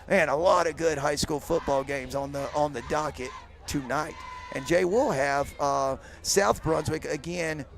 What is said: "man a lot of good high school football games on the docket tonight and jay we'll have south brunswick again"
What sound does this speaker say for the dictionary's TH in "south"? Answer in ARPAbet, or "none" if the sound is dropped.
TH